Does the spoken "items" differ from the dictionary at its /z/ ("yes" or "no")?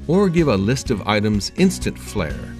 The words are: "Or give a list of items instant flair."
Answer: no